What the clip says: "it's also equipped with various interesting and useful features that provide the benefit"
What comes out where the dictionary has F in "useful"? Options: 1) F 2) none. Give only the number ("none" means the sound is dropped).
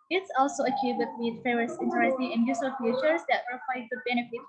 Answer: 2